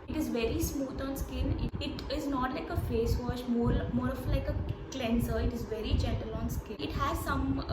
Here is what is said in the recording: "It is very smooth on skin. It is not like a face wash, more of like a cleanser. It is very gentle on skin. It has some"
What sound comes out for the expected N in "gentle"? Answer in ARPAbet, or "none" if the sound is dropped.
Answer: none